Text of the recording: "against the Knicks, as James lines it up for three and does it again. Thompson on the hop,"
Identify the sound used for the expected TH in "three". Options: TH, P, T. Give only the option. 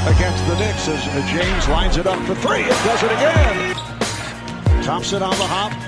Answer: TH